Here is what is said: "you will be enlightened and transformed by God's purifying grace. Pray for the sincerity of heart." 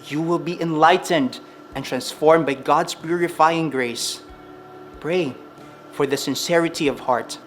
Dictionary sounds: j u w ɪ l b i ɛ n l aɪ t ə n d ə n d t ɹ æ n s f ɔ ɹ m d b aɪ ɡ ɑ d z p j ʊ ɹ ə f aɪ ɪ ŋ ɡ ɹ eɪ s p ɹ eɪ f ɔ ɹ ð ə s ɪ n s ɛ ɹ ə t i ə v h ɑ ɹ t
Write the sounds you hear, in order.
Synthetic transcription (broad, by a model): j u w ɪ l b i ɛ n l aɪ t ə n d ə n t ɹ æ n s f ɔ ɹ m b aɪ ɡ ɑ d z p j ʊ ɹ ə f aɪ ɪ ŋ ɡ ɹ eɪ s p ɹ eɪ f ɔ ɹ ð ə s ɪ n s ɛ ɹ ə t i ə v h ɑ ɹ t